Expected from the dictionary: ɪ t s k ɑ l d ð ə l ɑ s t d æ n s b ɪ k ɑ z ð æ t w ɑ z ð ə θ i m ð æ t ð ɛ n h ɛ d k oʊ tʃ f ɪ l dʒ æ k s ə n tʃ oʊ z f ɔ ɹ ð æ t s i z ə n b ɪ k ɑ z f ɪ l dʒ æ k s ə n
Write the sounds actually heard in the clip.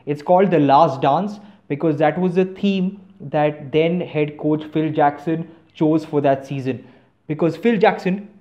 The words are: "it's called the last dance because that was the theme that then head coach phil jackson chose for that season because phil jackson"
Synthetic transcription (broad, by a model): ɪ t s k ɑ l d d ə l ɑ s t d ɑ n s b ɪ k ɑ z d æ t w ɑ z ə t i m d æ t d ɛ n h ɛ d k oʊ tʃ f ɪ l dʒ æ k s ə n tʃ oʊ z f ɔ ɹ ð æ t s i z ə n b ɪ k ɑ z f ɪ l dʒ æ k s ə n